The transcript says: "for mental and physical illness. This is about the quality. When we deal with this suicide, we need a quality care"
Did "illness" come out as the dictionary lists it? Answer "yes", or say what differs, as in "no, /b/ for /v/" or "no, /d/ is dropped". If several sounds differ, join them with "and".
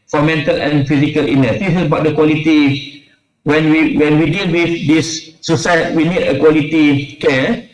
no, /l/ is dropped